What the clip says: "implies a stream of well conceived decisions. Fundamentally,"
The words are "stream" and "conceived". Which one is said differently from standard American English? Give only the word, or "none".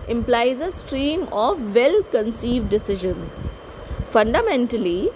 none